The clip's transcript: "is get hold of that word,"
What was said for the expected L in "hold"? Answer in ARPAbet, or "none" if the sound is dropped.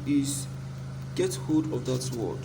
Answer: none